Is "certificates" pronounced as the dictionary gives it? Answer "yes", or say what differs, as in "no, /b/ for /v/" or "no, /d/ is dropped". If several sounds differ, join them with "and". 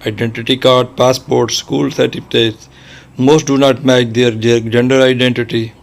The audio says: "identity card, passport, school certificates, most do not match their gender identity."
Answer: no, /k/ is dropped